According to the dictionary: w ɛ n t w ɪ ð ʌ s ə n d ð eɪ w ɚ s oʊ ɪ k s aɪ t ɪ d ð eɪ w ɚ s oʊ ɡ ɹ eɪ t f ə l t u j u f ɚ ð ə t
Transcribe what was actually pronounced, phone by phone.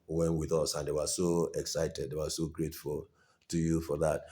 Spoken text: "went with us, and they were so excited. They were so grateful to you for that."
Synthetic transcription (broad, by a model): w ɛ n w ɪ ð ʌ s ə n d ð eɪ w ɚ s oʊ ɪ k s aɪ t ɪ d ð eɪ w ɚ s oʊ ɡ ɹ eɪ t f ə l t u j u f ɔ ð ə t